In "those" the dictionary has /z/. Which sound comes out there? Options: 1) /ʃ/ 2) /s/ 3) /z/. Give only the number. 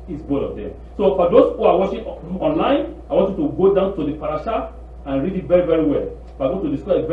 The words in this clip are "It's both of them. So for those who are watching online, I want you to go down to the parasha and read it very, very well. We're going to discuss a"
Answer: 2